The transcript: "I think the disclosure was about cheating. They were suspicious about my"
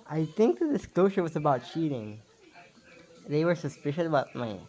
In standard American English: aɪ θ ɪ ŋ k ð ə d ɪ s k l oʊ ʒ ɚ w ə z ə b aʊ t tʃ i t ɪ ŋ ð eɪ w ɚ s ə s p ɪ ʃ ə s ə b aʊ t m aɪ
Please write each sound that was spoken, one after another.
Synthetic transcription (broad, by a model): aɪ θ ɪ ŋ k ð ə d ɪ s k l oʊ ʒ ɚ w ə z ə b aʊ t tʃ i t ɪ ŋ ð eɪ w ɚ s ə s p ɪ ʃ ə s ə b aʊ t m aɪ